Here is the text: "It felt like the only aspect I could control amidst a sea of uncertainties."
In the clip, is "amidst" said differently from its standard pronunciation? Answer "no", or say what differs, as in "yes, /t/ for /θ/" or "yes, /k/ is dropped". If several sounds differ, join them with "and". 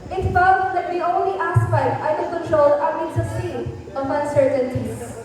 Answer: yes, /t/ is dropped